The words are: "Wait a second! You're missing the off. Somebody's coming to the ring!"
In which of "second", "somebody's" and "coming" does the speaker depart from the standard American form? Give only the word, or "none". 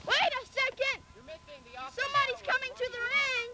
none